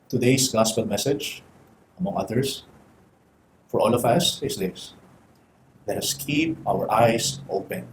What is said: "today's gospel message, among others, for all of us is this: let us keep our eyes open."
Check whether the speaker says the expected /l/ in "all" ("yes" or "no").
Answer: yes